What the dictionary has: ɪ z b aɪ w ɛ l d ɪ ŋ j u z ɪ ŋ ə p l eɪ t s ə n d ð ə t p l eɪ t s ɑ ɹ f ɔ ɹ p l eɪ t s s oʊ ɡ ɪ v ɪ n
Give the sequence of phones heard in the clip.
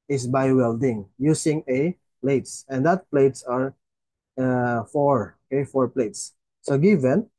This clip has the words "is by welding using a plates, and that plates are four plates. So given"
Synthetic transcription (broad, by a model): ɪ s b aɪ w ɛ l d ɪ ŋ j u s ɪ ŋ ə p l eɪ t s ə n d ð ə t p l eɪ t s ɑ ɹ f ɔ ɹ p l eɪ t s s oʊ ɡ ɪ v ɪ n